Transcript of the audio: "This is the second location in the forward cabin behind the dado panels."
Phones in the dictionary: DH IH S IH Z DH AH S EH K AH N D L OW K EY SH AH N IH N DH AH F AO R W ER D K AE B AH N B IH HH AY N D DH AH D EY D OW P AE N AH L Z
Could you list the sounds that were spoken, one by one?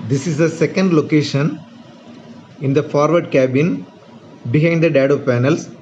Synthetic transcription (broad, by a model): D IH S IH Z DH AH S EH K AH N D L OW K EY SH AH N IH N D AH F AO R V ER D K AE B AH N B IH HH AY N D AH D EY D OW P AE N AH L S